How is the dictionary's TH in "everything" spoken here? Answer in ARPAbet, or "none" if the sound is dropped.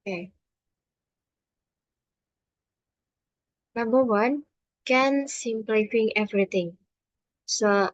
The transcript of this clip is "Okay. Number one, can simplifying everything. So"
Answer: T